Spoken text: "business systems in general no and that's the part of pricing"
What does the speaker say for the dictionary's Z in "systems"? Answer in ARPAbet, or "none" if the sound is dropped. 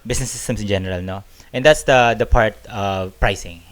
S